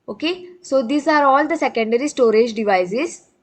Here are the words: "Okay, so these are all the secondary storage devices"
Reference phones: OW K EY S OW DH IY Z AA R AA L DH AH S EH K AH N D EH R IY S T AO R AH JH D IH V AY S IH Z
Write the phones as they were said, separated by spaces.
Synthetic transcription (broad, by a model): OW K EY S OW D IY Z AA R AA L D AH S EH K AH N D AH R IY S T AO R AH JH D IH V AY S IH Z